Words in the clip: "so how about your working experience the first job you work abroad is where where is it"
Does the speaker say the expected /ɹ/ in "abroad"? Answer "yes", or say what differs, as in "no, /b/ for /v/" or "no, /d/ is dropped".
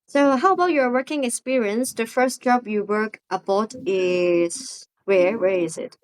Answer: no, /ɹ/ is dropped